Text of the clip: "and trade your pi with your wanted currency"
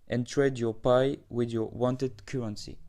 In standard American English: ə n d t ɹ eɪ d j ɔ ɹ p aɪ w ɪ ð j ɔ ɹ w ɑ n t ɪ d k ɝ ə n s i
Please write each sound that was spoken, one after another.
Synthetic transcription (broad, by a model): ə n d t ɹ eɪ d j ɔ ɹ p aɪ w ɪ ð j ɔ ɹ w ɑ n t ɪ d k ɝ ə n s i